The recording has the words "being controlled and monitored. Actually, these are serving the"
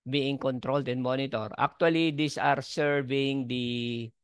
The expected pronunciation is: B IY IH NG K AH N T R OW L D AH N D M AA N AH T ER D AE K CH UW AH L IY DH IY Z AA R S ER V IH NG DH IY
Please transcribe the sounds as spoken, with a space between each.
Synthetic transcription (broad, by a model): B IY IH NG K AH N T R OW L D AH N M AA N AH T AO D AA K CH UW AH L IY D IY S AA R S ER V IH NG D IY